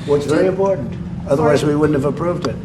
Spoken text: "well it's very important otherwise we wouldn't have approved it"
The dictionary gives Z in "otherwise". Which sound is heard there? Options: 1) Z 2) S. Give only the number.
1